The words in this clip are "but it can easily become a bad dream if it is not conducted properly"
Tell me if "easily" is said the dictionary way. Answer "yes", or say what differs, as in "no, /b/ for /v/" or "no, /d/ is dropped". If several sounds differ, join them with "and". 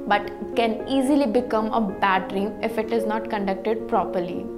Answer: yes